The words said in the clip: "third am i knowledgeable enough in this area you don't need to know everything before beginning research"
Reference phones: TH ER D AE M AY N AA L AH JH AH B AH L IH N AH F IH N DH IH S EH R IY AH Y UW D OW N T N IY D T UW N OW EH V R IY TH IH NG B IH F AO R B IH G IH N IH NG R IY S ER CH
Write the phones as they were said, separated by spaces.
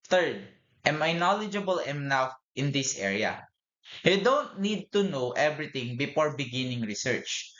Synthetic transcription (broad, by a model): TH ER D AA M AY N AA L AH JH AH B AH L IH N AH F IH N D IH S EH R IY AH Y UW D OW N T N IY D T UW N OW EH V R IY T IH NG B IH F AO R B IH G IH N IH NG R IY S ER CH